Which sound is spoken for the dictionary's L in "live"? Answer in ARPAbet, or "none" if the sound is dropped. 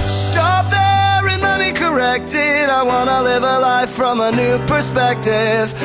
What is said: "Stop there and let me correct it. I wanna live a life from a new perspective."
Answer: L